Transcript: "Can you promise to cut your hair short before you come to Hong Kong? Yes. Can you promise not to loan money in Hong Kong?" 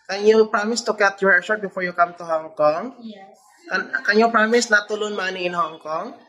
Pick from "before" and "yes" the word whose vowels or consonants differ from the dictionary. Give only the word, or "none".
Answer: yes